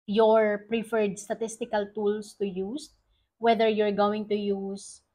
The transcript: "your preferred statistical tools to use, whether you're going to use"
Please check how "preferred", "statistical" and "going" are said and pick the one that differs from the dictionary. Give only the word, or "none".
none